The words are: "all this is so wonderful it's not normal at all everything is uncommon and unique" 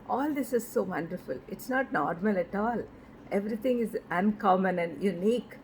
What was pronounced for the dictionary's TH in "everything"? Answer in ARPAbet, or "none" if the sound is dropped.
T